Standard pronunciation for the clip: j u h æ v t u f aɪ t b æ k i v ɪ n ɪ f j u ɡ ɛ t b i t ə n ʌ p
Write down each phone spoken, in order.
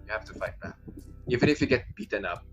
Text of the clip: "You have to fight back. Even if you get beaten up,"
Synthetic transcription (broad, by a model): j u h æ f t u f aɪ t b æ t i v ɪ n ɪ f j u ɡ ɛ t b i t ə n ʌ p